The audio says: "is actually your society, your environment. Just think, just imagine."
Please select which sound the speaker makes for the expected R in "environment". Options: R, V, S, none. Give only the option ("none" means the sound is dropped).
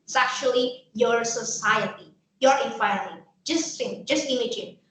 none